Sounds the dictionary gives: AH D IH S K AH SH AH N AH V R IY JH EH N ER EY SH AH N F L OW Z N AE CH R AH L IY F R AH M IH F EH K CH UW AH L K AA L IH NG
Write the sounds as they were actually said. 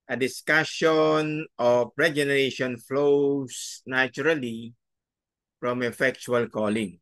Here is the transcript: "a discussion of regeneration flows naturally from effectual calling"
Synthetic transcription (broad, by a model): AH D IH S K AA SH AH N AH P R IY JH EH N ER EY SH AH N F L OW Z N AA CH R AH L IY F R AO M IH F EH K CH UW AH L K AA L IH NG